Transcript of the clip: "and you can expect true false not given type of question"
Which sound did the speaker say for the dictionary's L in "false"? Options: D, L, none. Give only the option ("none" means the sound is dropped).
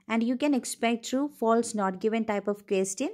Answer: L